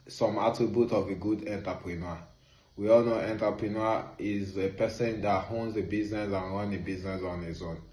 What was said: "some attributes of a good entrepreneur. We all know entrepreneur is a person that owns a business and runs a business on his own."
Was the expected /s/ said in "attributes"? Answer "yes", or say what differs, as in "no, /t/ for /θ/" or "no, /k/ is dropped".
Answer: no, /s/ is dropped